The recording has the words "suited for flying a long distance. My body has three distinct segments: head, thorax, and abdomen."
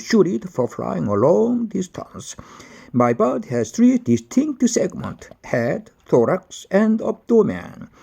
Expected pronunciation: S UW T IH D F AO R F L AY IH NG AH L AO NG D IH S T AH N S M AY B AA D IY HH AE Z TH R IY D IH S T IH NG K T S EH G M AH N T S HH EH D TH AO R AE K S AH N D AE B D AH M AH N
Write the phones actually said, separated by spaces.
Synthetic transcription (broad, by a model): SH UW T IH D F AO R F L AY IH NG AH L AO NG D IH S T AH N S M AY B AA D HH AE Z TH R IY D IH S T IH NG K T S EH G M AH N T HH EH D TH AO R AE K S AH N D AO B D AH M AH N